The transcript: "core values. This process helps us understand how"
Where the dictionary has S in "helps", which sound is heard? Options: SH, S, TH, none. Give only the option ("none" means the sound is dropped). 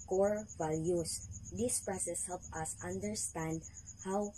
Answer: none